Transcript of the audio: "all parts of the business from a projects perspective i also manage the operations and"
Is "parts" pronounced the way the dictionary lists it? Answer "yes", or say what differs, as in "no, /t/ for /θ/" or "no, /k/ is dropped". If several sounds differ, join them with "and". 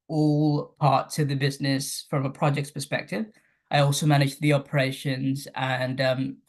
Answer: no, /s/ is dropped